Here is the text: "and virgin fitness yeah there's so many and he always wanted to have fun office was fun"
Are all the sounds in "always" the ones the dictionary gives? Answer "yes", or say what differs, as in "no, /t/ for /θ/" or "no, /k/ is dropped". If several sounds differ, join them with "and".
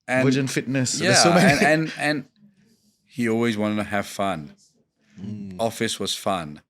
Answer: yes